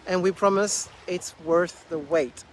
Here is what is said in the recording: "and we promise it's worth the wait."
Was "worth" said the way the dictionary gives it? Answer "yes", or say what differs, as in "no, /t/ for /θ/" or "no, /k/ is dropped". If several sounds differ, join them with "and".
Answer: yes